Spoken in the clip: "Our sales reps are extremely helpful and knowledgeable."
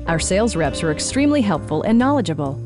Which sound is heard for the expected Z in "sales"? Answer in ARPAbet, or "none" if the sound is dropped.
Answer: Z